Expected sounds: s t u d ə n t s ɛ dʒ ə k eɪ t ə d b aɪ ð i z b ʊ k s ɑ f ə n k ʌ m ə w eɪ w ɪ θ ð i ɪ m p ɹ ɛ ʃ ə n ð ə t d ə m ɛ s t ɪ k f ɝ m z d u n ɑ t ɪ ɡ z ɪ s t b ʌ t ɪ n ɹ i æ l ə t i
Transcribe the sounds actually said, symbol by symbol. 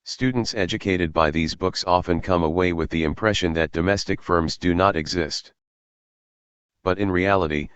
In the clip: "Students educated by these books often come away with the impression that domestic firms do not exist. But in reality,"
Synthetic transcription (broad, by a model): s t u d n t s ɛ dʒ ə k eɪ t ə d b aɪ ð i z b ʊ k s ɑ f ə n k ʌ m ə w eɪ w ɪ ð i ɪ m p ɹ ɛ ʃ ə n ð ə t d ə m ɛ s t ɪ k f ɝ m z d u n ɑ t ɪ ɡ z ɪ s t b ʌ t ɪ n ɹ i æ l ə t i